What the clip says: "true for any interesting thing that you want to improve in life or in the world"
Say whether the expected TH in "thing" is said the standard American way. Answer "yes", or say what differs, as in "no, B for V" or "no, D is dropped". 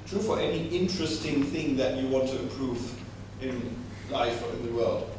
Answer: yes